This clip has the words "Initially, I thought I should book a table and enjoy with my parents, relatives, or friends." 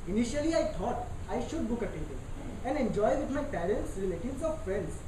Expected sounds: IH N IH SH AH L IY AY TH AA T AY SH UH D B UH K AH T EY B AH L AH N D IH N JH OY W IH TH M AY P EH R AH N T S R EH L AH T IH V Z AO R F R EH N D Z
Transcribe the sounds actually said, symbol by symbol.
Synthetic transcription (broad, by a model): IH N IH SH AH L IY AY T AA T AY SH UH D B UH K AH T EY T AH N AH N D IH N JH OY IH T M AY P EH R AH N T S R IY L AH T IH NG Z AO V F R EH N D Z